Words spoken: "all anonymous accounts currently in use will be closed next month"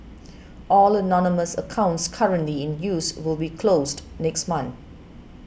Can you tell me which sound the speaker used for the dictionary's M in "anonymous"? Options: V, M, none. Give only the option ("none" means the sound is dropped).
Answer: M